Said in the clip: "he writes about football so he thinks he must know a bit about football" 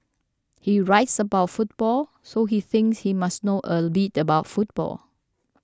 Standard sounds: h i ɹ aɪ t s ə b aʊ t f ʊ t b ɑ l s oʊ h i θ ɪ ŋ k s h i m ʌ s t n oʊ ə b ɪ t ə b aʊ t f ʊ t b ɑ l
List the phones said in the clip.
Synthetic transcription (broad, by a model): h i ɹ aɪ t s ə b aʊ t f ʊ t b ɑ l s oʊ h i θ ɪ ŋ k s h i m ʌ s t n oʊ ə b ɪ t ə b aʊ t f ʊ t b ɑ l